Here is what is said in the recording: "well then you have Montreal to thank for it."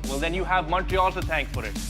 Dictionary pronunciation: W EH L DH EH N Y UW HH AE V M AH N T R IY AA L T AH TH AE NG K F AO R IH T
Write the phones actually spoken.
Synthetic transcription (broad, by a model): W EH L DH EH N Y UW HH AE V M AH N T IY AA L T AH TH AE NG K F AO R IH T